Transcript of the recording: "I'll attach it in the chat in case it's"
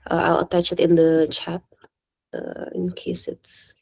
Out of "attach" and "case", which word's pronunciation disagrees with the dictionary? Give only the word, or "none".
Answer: none